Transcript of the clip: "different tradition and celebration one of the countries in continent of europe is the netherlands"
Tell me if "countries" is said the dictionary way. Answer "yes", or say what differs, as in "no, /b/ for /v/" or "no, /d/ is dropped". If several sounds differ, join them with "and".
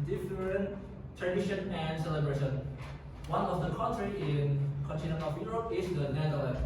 no, /z/ is dropped